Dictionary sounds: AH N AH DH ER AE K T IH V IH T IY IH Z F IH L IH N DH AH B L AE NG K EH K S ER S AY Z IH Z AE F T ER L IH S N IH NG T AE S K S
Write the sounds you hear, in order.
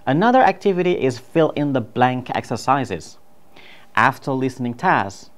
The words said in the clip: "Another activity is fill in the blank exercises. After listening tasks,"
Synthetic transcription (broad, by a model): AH N AH DH ER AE K T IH V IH T IY IH Z F IH L IH N DH AH B L AE NG K EH K S ER S AY Z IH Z AE F T ER L IH S N IH NG T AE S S